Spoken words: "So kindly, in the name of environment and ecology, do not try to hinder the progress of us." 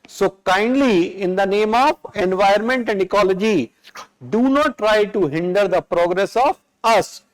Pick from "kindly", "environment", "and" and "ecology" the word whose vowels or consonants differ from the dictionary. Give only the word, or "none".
environment